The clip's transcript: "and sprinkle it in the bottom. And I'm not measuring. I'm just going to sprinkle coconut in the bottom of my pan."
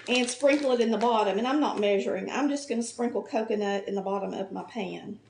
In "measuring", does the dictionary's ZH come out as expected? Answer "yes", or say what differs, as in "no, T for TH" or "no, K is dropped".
yes